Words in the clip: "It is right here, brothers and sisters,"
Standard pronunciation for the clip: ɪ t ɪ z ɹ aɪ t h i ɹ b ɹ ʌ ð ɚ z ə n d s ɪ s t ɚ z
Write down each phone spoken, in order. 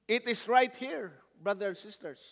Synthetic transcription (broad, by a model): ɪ t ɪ s ɹ aɪ t h i ɹ b ɹ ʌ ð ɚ ə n s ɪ s t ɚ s